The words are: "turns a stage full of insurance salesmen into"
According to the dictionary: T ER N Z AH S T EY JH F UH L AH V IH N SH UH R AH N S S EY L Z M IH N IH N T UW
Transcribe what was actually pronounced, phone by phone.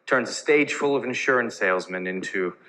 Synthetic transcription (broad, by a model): T ER N Z AH S T EY JH F UH L AH V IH N SH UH R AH N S S EY L Z M IH N IH N T UW